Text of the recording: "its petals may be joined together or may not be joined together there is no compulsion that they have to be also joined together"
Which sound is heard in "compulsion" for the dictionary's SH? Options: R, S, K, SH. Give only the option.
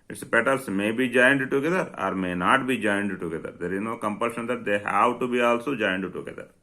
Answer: SH